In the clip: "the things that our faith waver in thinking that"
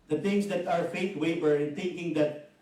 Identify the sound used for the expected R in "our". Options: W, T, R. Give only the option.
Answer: R